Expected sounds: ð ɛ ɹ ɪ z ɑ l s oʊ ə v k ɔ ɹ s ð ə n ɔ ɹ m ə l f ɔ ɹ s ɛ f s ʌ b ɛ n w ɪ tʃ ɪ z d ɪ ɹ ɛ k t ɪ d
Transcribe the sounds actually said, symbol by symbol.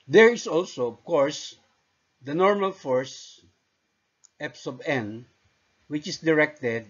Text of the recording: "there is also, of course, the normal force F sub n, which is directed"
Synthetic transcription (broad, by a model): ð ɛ ɹ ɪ s ɑ l s oʊ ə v k ɔ ɹ s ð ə n ɔ ɹ m ə l f ɔ ɹ s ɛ p s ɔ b ɛ n w ɪ tʃ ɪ s d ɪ ɹ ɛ k t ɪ d